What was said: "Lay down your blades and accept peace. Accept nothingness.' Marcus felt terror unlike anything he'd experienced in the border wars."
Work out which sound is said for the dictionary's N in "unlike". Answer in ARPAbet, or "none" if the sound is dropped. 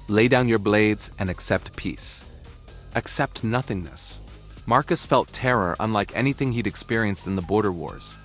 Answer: N